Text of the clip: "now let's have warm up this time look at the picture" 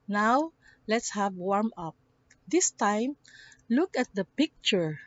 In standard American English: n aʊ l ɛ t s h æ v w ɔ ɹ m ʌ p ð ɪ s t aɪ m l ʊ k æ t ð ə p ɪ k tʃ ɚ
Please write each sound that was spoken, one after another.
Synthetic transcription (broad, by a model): n aʊ l ɛ t s h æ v w ɔ ɹ m ʌ p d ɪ s t aɪ m l ʊ k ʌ t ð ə p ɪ k tʃ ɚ